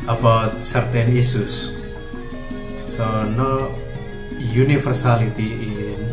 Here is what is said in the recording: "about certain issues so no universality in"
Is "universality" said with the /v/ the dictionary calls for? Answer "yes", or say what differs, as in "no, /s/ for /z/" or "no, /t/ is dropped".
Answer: no, /f/ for /v/